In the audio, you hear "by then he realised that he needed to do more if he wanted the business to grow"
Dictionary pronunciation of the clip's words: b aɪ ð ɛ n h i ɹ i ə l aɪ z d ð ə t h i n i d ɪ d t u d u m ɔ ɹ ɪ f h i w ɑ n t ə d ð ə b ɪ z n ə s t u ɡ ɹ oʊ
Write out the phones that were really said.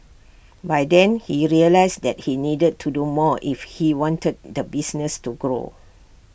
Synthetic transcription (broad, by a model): b aɪ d ɛ n h i ɹ i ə l aɪ s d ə t h i n i d ɪ d t u d u m ɔ ɪ f h i w ɑ n t ə d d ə b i s n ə s t u ɡ ɹ oʊ